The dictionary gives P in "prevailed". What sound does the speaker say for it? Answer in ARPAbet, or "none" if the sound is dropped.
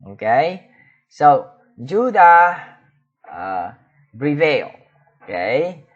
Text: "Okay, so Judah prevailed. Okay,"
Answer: B